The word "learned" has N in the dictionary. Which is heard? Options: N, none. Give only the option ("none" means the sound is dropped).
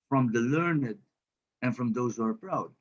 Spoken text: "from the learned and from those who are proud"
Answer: N